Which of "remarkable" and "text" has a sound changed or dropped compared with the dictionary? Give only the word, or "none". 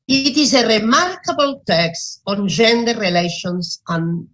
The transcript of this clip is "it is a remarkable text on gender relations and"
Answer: none